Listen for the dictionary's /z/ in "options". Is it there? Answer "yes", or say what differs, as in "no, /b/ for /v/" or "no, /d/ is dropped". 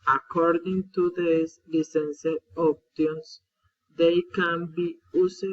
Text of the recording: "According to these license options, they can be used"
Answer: no, /s/ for /z/